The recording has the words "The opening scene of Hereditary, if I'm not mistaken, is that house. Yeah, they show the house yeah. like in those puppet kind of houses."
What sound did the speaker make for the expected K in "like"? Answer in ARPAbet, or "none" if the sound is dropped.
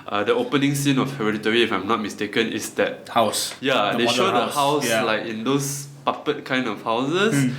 K